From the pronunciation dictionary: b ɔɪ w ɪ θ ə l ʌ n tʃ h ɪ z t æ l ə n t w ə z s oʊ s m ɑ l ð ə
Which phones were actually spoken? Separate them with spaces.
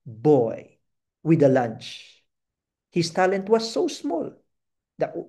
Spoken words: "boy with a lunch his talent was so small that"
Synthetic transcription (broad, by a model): b ɔɪ w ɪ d ə l ʌ n tʃ h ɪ s t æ l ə n t w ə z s oʊ s m ɑ l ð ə